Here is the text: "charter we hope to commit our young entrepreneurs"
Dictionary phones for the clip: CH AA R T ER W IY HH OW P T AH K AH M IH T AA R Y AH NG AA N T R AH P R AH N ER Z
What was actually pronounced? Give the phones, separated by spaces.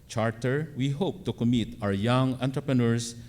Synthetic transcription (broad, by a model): CH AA R T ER W IY HH OW P T AH K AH M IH T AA W Y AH NG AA N T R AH P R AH N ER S